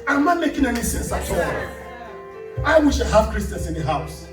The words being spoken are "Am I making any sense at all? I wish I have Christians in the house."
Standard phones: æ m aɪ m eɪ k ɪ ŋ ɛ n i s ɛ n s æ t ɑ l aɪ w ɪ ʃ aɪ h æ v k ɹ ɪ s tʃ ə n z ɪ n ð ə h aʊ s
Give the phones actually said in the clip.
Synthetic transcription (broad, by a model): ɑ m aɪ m eɪ k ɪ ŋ ɛ n i s ɛ n s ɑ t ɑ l aɪ w ɪ ʃ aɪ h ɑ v k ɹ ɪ s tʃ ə n s ɪ n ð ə h aʊ s